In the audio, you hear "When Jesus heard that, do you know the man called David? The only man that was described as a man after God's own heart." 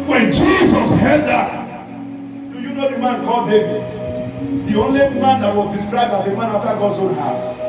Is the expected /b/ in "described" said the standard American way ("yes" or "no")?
yes